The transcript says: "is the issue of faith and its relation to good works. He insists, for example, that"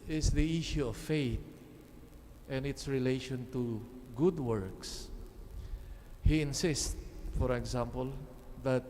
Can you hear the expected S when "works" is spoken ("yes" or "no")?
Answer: yes